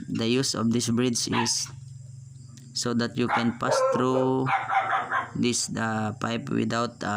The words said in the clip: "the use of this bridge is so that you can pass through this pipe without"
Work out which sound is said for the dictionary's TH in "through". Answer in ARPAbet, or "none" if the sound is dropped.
T